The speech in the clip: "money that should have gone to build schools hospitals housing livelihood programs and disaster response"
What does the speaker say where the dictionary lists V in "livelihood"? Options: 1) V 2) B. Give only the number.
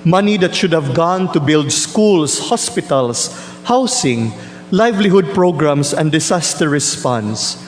1